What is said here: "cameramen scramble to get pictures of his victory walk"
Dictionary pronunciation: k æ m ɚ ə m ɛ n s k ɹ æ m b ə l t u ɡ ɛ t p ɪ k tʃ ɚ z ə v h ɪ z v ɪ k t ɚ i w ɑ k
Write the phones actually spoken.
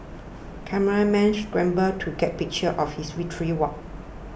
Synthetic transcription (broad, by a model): k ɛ m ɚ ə m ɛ n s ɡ ɹ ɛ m b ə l t u ɡ ɛ t p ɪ k tʃ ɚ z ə f h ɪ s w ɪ t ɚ i w ɑ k